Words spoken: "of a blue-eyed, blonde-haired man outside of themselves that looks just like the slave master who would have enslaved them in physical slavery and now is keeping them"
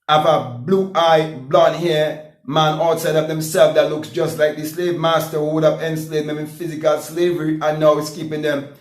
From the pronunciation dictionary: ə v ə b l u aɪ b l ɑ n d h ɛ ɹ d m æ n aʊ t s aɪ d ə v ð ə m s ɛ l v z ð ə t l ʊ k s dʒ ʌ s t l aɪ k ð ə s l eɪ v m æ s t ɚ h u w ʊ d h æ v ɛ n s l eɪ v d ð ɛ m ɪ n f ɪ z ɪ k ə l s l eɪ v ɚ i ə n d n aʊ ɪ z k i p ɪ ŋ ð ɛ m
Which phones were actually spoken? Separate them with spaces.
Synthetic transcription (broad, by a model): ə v ə b l u aɪ b l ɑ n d h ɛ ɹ m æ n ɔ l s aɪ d ə v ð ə m s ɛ l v ð ə t l ʊ k s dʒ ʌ s t l aɪ k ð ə s l eɪ v m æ s t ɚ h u w ʊ d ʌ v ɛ n s l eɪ d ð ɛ m ɪ n f ɪ z ɪ k ə l s l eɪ v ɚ i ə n n aʊ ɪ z k i p ɪ ŋ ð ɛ m